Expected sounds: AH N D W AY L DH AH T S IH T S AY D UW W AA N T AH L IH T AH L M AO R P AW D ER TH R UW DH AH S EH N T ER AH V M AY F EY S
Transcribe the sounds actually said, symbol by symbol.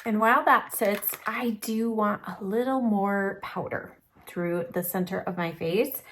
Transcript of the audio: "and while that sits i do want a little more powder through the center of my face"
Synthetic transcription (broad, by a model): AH N W AY L DH AH T S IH T S AY D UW W AA N T AH L IH T L M AO R P AW D ER TH R UW DH AH S EH N T ER AH V M AY F EY S